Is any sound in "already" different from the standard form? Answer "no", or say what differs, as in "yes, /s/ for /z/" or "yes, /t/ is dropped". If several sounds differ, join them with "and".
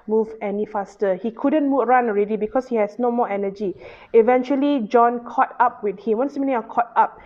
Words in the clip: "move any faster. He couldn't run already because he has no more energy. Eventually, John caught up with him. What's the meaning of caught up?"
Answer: no